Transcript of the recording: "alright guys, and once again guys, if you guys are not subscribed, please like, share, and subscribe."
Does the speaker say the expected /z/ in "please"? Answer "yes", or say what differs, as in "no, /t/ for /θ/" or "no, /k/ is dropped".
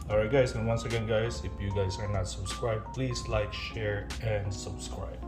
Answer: no, /s/ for /z/